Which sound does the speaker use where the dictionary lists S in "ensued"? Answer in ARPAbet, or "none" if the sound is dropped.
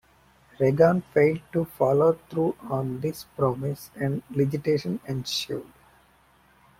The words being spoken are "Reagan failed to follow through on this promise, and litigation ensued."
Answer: SH